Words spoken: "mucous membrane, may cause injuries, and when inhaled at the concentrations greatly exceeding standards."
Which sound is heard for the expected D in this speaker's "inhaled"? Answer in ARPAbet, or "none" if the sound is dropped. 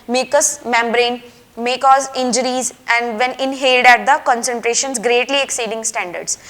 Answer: D